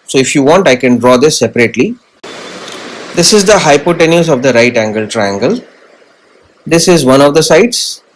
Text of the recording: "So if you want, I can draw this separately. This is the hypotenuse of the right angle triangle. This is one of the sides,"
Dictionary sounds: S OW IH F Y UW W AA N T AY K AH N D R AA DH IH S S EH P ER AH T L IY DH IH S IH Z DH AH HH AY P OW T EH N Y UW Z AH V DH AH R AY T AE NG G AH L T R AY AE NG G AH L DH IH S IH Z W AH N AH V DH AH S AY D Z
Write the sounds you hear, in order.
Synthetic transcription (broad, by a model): S OW IH F Y UW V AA N T AY K AH N D R AA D IH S S EH P ER AH T L IY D IH S IH Z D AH HH AY P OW T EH N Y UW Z AH V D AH R AY T AE NG G AH L T R AY AE NG G AH L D IH S IH Z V AH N AH V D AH S AY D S